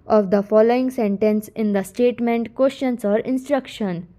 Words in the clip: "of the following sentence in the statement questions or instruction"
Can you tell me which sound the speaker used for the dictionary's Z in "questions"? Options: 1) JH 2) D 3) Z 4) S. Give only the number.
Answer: 4